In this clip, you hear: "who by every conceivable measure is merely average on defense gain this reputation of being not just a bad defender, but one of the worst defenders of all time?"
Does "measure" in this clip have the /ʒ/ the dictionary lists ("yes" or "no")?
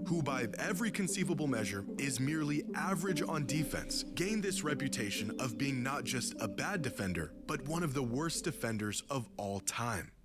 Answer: yes